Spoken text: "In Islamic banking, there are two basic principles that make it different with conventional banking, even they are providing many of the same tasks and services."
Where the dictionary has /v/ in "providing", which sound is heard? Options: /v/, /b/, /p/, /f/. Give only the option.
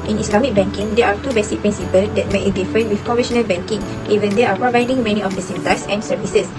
/v/